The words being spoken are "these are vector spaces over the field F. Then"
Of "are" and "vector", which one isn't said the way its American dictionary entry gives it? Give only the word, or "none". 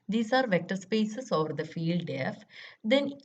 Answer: none